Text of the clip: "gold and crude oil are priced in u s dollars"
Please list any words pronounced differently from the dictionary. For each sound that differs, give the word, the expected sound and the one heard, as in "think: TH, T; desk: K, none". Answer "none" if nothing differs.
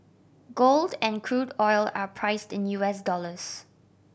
none